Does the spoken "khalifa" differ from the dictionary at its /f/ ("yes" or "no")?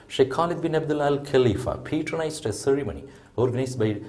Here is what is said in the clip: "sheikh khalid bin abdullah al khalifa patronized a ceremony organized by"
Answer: no